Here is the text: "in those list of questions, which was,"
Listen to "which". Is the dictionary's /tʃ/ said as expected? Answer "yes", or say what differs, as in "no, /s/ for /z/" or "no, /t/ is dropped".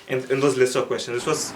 no, /s/ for /tʃ/